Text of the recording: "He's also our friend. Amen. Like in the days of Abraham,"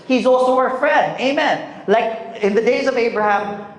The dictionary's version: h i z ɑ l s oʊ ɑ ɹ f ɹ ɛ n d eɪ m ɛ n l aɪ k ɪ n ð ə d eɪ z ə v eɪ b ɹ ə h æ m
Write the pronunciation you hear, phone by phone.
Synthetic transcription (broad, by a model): h i z ɑ l s oʊ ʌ ɹ f ɹ ɛ n d eɪ m ɛ n l aɪ k ɪ n ð ə d eɪ z ə v eɪ b ɹ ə h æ m